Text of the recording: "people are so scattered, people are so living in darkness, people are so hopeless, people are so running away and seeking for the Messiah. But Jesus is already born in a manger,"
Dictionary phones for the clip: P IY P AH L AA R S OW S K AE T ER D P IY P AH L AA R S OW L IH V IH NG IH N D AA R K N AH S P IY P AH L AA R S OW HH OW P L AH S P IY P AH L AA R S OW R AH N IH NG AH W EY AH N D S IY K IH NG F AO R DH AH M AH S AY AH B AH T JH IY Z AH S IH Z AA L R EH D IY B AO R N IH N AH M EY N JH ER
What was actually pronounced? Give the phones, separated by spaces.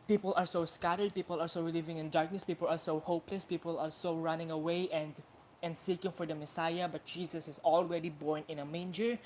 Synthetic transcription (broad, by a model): P IY P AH L AA R S OW S K AE T ER D P IY P AH L AA R S OW L IH V IH NG IH N D AA R K N AH S P IY P AH L AA R S OW HH OW P L AH S P IY P AH L AA R S OW R AH N IH NG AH W EY AH N D S IY K IH NG F AO R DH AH M AH S AY AH B AH T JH IY S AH S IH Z AA L R EH D IY B AO R N IH N AH M EY N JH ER